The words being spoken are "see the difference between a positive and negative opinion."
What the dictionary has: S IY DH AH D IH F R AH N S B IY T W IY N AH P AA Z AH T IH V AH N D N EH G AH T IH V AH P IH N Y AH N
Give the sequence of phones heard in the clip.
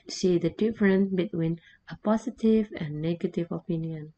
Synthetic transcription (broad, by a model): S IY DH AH D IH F R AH N B IY T W IY N AH P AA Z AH T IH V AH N N EH G AH T IH V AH P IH N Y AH N